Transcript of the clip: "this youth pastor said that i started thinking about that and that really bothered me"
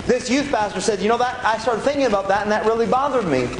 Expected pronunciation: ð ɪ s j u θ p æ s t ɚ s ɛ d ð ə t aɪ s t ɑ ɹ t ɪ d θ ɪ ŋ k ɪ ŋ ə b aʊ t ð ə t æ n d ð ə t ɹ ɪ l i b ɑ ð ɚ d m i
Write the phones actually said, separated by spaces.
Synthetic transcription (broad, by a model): ð ɪ s j u θ p æ s t ɚ s ɛ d ð ə t aɪ s t ɑ ɹ t ɪ d θ ɪ ŋ k ɪ ŋ ə b aʊ t ð ə t n ð ə t ɹ ɪ l i b ɑ ð ɚ d m i